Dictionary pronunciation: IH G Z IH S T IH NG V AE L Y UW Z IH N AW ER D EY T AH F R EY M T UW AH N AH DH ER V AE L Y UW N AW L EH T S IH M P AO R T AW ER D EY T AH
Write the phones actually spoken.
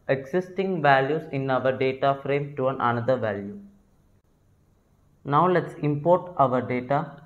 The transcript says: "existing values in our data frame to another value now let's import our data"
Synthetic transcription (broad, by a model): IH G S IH S T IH NG V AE L Y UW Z IH N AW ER D EY T AH F R EY M T UW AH N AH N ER V AE L Y UW N AW L EH T S IH M P AO R T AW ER D EY T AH